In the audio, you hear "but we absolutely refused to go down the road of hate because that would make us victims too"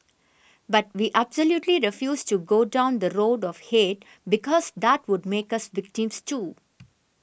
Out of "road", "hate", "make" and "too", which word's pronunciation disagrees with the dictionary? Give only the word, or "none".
none